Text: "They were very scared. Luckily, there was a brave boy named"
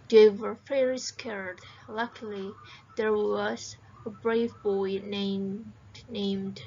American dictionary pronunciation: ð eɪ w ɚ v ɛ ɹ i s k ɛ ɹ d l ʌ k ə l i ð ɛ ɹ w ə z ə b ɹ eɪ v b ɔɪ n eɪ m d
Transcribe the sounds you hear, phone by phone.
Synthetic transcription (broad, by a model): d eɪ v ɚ f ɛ ɹ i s k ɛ ɹ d l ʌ k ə l i ð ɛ ɹ w ə z ə b ɹ eɪ v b ɔɪ n eɪ m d